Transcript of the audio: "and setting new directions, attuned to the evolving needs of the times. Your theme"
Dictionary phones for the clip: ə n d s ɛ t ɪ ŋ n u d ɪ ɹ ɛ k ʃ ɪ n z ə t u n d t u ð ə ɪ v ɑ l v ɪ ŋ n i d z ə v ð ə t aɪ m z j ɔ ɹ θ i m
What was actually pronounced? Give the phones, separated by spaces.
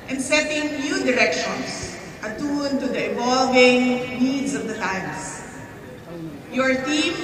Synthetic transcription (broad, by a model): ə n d s ɛ t ɪ ŋ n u d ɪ ɹ ɛ k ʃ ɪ n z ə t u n t u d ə ɪ v ɑ l v ɪ ŋ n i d s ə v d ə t aɪ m s j ɔ ɹ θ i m